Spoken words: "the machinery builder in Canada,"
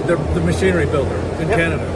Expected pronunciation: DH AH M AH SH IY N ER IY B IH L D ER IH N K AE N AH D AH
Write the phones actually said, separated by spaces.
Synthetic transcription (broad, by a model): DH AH M AH SH IY N ER IY B IH L D ER IH N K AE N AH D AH